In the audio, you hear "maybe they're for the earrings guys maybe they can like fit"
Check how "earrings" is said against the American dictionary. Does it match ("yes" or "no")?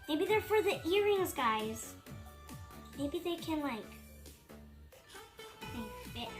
yes